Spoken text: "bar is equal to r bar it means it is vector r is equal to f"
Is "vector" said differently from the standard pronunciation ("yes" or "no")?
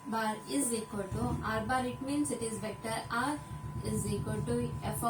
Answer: yes